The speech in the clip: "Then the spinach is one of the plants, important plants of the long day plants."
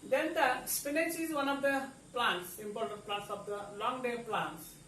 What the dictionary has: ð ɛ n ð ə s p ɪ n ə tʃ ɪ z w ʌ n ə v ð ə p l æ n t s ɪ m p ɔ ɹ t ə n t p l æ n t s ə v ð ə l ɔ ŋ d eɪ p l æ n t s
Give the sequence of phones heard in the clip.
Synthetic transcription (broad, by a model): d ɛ n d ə s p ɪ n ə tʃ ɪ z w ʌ n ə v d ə p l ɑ n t s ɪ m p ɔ l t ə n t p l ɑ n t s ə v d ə l ɔ ŋ d eɪ p l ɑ n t s